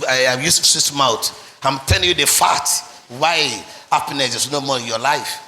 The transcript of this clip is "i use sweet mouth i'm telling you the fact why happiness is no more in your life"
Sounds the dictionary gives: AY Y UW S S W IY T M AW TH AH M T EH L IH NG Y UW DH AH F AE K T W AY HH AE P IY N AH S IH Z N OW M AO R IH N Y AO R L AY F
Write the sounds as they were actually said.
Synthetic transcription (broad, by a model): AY Y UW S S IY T M AW T AH M T EH L IH NG Y UW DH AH F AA T W AY HH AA P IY N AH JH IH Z N OW M AO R IH N Y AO L AY F